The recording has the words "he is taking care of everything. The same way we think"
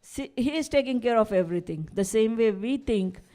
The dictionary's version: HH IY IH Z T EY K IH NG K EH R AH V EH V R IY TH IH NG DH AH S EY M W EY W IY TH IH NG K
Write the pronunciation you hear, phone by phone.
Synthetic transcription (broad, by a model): HH IY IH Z T EY K IH NG K EH R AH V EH V R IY T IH NG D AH S EY M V EY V IY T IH NG K